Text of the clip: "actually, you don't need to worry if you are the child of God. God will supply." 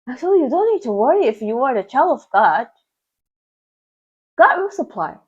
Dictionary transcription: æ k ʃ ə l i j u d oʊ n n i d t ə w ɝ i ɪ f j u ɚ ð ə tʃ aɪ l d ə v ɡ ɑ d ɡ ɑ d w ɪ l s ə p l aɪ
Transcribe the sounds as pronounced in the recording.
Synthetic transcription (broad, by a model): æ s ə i j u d oʊ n n i d t ə w ɝ i ɪ f j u ɚ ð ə tʃ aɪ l ə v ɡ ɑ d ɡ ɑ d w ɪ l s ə p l aɪ